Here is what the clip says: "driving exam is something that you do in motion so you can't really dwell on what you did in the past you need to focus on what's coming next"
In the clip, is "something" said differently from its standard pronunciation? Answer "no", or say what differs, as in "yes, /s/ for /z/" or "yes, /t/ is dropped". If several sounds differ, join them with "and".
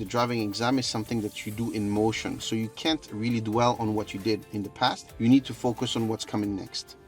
no